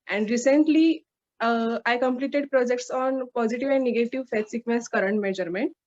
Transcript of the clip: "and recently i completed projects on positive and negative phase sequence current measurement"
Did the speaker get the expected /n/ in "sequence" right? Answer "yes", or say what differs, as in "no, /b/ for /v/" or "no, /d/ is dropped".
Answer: no, /n/ is dropped